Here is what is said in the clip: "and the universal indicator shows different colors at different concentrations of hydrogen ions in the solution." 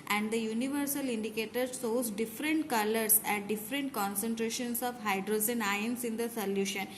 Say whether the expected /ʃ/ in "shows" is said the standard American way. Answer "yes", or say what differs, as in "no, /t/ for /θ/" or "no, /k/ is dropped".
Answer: no, /s/ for /ʃ/